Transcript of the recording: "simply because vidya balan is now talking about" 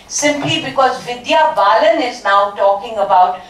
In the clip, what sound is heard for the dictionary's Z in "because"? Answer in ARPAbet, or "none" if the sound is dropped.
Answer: Z